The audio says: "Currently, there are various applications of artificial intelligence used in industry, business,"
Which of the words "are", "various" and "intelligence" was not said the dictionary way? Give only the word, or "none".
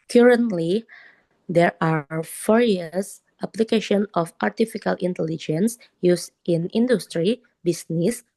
various